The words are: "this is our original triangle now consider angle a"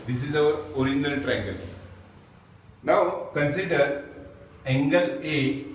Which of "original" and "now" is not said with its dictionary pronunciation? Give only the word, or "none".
original